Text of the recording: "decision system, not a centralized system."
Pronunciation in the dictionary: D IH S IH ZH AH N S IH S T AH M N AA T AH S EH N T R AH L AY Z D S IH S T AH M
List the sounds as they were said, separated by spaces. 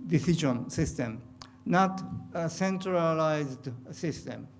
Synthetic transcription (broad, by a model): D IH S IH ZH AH N S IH S T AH M N AA T AH S EH N T R AH L AY Z D S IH S T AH M